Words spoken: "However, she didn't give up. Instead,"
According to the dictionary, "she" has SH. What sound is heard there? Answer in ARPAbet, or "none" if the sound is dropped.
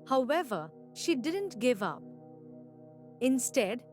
SH